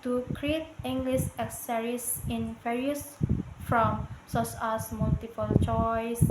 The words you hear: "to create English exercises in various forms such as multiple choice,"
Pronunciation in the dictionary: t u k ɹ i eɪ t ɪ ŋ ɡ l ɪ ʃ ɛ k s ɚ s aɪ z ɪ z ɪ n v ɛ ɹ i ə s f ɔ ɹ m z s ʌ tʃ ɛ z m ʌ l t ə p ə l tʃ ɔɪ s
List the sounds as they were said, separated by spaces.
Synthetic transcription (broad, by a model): t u k ɹ i eɪ t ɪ ŋ ɡ l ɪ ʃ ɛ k s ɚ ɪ s ɪ n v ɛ ɹ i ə s f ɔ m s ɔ s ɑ s m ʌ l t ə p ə l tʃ ɔɪ s